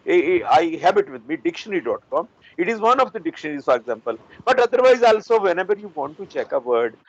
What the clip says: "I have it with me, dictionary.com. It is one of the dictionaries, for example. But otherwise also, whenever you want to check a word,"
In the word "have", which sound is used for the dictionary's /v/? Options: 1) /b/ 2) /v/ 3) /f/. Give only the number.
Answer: 1